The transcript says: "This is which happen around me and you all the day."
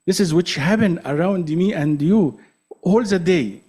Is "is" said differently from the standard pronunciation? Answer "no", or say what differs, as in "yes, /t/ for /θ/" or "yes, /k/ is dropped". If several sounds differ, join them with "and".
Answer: no